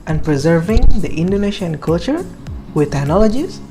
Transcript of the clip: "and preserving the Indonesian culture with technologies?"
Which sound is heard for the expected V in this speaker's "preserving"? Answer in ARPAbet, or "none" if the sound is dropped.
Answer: V